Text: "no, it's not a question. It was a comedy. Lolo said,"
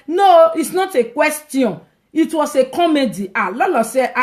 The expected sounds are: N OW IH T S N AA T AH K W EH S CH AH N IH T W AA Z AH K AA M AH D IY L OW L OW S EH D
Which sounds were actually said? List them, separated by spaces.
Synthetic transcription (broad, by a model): N OW IH T S N AA T AH K W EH S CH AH N IH T W AA S AH K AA M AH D IY L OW L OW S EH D